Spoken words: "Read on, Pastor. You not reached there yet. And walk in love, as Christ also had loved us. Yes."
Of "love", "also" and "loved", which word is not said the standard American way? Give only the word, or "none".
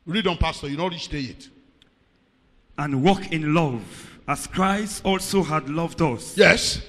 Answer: none